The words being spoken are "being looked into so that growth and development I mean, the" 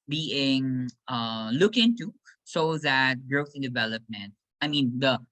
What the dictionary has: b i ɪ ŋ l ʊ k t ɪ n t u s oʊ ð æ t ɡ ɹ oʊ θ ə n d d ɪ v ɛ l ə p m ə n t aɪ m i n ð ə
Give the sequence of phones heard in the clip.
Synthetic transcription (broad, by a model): b i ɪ ŋ l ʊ k ɪ n t u s oʊ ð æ t ɡ ɹ oʊ θ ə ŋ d d ɪ v ɛ l ə p m ə n t aɪ m i n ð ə